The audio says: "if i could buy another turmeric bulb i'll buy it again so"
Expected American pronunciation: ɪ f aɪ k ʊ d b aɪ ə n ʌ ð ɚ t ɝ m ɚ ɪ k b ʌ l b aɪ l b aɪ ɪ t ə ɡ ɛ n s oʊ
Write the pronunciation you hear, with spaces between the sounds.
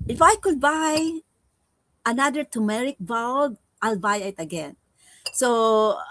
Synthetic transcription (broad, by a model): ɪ f aɪ k ʊ d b aɪ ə n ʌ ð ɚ t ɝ m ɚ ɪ k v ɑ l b aɪ l b aɪ ɪ t ə ɡ ɛ n s oʊ